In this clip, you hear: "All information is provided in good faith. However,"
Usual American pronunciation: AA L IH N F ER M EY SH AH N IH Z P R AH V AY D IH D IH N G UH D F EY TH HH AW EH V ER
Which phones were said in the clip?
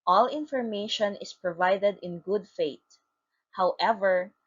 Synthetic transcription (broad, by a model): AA L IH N F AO M EY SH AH N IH S P R AH V AY D IH D IH N G UH D F EY T HH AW EH V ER